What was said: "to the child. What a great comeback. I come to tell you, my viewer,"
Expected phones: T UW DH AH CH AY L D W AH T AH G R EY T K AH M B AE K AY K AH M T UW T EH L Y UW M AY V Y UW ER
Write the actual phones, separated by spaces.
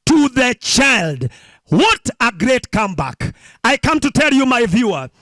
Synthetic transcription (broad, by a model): T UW DH AH CH AY L D W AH T AH G R EY T K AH M B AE K AY K AH M T UW T EH L Y UW M AY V Y UW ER